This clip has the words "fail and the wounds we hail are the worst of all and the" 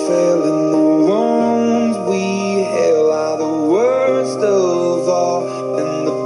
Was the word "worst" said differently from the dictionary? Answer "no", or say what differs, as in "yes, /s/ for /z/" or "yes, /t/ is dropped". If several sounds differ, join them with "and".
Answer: no